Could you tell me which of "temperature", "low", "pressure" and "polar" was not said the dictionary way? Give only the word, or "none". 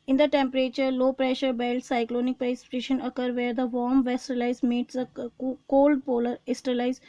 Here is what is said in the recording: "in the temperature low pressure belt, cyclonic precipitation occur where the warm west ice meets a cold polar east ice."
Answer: none